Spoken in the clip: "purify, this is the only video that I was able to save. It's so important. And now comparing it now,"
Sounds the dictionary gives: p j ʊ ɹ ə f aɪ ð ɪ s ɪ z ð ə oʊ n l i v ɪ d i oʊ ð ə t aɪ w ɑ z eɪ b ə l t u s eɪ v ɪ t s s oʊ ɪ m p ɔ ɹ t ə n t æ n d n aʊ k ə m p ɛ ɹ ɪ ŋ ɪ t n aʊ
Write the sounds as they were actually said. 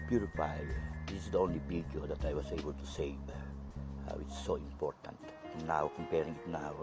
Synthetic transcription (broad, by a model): p j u ɹ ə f aɪ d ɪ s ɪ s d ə oʊ n l i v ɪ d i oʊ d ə t aɪ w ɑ s eɪ b ə l t u s eɪ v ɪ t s s oʊ ɪ m p ɔ ɹ t ə n t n n aʊ k ə m p ɛ ɹ ɪ ŋ ɪ t n aʊ